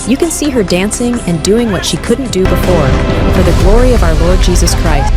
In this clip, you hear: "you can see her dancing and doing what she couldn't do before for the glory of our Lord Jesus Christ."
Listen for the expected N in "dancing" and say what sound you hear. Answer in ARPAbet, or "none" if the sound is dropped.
N